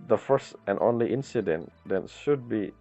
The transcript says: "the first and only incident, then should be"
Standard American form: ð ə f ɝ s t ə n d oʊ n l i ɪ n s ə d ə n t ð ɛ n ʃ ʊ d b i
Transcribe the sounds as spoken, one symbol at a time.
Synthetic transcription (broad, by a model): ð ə f ɝ s t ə n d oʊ n l i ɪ n s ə d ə n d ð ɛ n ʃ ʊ d b i